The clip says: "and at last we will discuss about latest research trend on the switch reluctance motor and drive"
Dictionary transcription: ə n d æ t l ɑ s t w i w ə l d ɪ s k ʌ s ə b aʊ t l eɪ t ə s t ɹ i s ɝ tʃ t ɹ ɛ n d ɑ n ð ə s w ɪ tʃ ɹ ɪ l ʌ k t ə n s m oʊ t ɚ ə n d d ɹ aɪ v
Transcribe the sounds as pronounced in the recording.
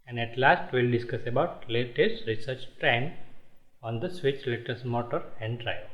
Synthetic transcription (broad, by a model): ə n d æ t l ɑ s t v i l d ɪ s k ʌ s ə b aʊ t l eɪ t ə s t ɹ i s ɝ tʃ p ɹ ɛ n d ɑ n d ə s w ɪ tʃ l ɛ t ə s m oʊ t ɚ ə n d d ɹ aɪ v